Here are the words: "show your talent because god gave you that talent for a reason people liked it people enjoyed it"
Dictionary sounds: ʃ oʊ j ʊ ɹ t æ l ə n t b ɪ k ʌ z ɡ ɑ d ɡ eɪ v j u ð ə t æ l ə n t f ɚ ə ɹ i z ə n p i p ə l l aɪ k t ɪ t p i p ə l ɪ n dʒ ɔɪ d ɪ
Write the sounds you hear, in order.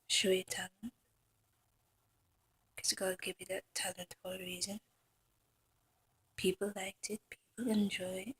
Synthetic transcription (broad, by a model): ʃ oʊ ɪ t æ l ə n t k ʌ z ɡ ɑ d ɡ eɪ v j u ð ə t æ l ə n t f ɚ ə ɹ i z ə n p i p ə l l aɪ k t ɪ t p i p ə l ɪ n dʒ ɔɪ ɪ